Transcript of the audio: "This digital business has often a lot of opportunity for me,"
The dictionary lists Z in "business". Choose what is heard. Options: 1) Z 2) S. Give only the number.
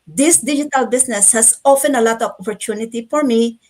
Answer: 2